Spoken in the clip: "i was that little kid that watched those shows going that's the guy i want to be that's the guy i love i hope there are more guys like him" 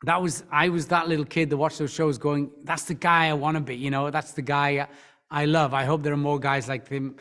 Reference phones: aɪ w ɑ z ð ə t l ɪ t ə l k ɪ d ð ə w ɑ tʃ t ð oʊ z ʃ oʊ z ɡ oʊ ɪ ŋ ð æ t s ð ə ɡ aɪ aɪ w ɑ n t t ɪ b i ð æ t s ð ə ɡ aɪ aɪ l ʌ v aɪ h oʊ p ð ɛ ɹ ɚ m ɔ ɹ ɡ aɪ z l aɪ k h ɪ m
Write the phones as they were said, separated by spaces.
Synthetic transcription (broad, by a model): aɪ w ɑ z ð ə t l ɪ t l k ɪ d ð ə w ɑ tʃ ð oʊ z ʃ oʊ z ɡ oʊ ɪ ŋ ð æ t s ð ə ɡ aɪ aɪ w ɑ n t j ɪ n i ð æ t s ð ə ɡ aɪ aɪ l ʌ v aɪ h oʊ p ð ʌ ɹ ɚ m ɔ ɹ ɡ aɪ z l aɪ k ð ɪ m